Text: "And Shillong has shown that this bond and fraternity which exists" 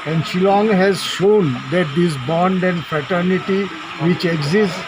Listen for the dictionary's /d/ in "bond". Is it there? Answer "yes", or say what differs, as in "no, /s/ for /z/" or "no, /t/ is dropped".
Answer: yes